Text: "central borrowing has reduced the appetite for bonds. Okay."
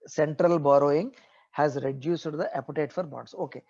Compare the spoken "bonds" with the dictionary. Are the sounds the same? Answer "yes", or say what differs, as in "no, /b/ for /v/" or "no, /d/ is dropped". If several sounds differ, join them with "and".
no, /n/ is dropped